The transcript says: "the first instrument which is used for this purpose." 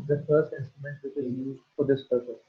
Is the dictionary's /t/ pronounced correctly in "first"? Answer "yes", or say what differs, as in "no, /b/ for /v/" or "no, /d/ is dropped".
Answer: yes